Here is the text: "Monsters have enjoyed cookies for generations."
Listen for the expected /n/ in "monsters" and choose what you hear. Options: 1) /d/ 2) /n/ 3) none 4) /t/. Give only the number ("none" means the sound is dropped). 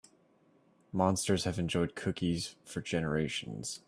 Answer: 2